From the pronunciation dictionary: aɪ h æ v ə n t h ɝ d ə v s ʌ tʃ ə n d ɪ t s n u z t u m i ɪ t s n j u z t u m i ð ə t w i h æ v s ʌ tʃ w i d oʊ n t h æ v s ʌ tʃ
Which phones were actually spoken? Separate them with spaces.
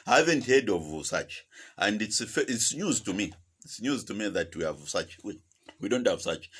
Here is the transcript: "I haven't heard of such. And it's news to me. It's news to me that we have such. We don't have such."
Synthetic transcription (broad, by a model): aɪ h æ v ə n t h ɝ d ə v s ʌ tʃ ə n d ɪ t s n u z t u m i ɪ t s n j u z t u m i ð ə t w i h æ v s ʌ tʃ w i d oʊ n t h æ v s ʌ tʃ